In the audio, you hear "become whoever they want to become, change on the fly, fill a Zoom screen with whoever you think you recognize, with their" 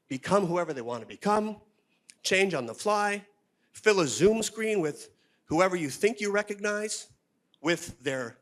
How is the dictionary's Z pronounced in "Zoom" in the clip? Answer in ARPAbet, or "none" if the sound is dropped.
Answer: Z